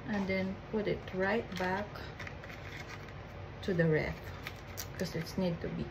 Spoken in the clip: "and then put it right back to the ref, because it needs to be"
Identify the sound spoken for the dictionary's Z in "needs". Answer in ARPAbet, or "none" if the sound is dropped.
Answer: none